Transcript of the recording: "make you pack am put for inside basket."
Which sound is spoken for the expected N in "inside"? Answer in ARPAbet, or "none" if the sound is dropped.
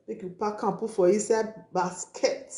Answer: none